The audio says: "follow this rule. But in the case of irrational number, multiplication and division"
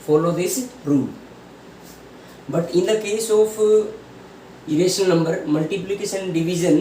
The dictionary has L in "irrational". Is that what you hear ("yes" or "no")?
no